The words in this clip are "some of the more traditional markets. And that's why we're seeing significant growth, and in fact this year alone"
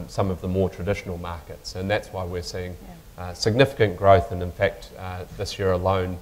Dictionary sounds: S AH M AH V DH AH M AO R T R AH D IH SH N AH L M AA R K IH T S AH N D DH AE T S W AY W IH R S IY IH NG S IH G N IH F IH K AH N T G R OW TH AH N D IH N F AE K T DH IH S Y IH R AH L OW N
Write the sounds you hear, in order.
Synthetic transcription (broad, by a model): S AH M AH V DH AH M AO R T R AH D IH SH N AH L M AA R K IH T S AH N DH AE T S W AY W IH R S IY IH NG S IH G N IH F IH K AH N G R OW TH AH N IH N F AE K T DH IH S Y IH R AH L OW N